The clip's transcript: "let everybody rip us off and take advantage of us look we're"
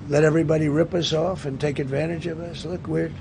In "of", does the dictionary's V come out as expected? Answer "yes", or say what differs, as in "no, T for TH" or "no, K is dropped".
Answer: yes